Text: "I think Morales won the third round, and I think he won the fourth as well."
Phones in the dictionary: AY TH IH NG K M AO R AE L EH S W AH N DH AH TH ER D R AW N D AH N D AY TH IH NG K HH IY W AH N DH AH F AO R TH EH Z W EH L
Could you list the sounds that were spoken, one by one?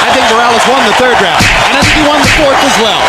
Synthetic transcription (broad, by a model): AY TH IH NG K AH R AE L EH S W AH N DH AH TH ER D R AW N AH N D AY TH IH NG K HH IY W AH N DH AH F AO R TH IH Z W EH L